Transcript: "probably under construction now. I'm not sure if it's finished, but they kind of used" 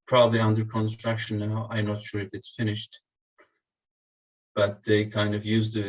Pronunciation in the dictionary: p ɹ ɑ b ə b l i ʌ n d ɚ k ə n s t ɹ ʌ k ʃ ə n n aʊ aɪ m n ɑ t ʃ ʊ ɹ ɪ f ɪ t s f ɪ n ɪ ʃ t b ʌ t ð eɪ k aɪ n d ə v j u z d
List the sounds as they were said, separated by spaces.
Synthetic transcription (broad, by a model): p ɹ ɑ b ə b l i ʌ n d ɚ k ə n s t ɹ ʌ k ʃ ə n n aʊ aɪ m n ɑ t ʃ ʊ ɹ ɪ f ɪ t s f ɪ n ɪ ʃ t b ʌ t ð eɪ k aɪ n d ə v j u z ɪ